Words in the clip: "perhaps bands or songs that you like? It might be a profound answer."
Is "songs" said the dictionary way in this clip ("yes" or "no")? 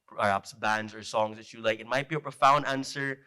yes